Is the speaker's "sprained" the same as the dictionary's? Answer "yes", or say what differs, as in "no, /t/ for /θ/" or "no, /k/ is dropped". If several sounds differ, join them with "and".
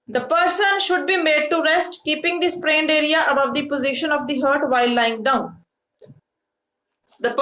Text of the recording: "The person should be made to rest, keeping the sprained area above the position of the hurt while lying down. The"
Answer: yes